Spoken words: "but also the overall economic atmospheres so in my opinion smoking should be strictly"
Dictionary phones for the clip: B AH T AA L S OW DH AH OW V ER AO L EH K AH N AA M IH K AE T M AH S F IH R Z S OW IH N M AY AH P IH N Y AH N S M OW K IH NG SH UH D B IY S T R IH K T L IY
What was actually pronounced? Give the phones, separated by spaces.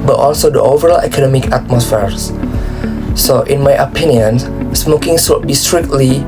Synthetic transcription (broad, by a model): B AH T AA L S OW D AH OW V ER AO L EH K AH N AA M IH K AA T M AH S F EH R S S OW IH N M AY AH P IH N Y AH N S M OW K IH NG S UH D B IY S T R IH K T L IY